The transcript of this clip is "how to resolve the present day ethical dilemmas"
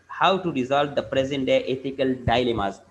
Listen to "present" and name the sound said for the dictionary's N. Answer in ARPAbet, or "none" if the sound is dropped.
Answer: N